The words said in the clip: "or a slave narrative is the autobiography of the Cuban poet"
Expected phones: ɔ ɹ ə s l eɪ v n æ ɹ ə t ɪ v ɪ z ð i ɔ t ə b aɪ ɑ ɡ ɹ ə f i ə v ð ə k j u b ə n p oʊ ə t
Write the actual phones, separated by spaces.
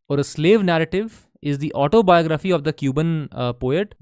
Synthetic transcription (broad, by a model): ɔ ɹ ə s l eɪ v n æ ɹ ə t ɪ v ɪ z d i ɔ t ə b aɪ ɑ ɡ ɹ ə f i ə v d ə k j u b ə n p oʊ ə t